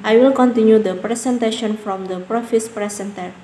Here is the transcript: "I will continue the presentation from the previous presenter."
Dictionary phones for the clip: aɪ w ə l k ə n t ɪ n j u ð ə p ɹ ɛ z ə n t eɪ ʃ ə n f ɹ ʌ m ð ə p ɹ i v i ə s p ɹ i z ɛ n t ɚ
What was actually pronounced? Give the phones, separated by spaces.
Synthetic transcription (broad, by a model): aɪ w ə l k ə n t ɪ n j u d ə p ɹ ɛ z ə n t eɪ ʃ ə n f ɹ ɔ m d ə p ɹ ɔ f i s p ɹ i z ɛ n t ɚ